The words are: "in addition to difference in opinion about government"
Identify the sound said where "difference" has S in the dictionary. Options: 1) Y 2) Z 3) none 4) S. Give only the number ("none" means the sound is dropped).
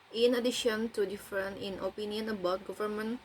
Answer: 3